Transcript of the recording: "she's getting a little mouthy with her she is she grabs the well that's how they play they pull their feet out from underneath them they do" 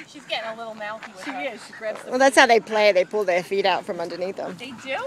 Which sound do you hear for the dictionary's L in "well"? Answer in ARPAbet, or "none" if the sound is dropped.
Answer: L